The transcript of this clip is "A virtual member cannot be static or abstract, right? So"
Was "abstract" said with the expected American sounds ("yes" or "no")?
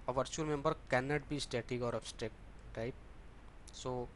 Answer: no